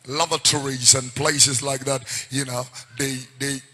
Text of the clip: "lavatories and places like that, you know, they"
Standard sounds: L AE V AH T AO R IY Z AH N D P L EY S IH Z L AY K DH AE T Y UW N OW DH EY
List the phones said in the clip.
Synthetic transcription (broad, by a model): L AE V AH T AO R IY Z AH N P L EY S IH Z L AY K DH AE T Y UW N OW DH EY